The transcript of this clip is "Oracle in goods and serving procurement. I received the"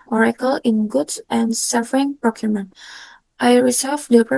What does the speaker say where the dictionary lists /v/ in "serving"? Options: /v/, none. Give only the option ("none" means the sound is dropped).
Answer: none